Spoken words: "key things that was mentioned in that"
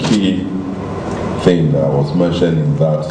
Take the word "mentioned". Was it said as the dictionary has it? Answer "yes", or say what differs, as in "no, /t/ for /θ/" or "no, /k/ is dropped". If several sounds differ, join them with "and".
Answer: no, /d/ is dropped